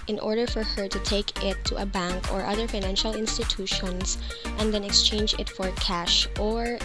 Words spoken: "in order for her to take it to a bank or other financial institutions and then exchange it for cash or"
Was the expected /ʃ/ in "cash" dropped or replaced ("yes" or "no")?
no